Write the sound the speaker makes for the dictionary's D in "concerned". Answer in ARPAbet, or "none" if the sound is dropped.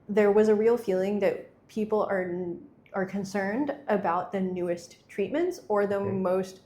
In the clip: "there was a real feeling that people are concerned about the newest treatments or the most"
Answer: D